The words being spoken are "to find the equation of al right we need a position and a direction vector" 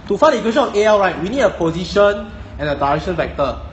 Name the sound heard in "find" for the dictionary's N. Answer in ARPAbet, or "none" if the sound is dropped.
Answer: none